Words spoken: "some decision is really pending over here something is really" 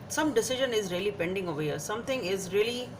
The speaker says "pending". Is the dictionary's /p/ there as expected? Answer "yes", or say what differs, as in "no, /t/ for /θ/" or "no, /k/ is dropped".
yes